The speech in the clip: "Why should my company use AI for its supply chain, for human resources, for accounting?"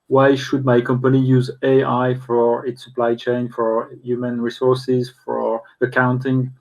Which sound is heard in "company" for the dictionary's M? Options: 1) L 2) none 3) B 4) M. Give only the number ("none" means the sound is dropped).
4